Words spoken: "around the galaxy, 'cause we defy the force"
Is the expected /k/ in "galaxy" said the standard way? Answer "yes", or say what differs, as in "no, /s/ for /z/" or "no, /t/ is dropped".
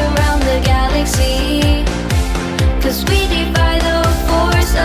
yes